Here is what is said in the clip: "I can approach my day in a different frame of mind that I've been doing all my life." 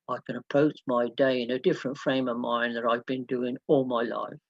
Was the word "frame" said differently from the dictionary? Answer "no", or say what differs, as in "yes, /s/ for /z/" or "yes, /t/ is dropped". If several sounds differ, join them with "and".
no